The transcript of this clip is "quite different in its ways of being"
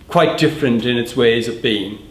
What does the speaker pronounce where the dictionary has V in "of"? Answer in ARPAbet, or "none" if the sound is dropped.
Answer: V